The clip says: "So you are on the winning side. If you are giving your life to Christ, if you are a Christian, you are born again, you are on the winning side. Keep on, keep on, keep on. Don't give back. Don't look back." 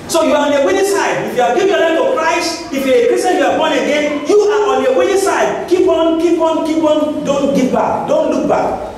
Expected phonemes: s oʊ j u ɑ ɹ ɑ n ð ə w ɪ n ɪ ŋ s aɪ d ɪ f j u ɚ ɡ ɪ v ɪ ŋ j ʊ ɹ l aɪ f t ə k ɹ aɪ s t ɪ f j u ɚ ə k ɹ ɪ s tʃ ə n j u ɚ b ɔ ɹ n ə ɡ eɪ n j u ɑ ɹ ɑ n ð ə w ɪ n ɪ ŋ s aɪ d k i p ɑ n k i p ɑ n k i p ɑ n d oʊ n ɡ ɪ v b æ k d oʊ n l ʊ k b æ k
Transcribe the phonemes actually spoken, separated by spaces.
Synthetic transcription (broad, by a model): s oʊ j u ɑ ɹ ɑ n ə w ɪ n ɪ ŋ s aɪ d ɪ f j u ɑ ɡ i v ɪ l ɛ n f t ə k ɹ aɪ s t ɪ f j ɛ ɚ ə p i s ə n j u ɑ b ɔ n ə ɡ eɪ n j u ɑ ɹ ɑ n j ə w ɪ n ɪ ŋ s aɪ d k i p ɑ n k i p ɑ n k i p ɑ n d oʊ n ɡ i p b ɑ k d oʊ n l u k b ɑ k